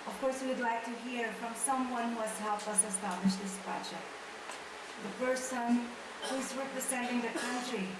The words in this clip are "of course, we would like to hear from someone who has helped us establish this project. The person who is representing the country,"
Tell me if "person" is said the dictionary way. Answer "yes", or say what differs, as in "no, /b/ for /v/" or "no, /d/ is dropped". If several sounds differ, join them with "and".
no, /f/ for /p/